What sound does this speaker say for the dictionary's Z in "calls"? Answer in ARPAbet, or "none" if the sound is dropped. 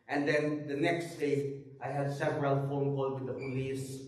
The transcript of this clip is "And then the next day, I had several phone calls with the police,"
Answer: none